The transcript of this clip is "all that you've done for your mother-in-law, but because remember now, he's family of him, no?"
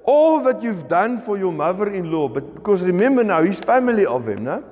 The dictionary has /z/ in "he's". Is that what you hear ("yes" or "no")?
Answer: no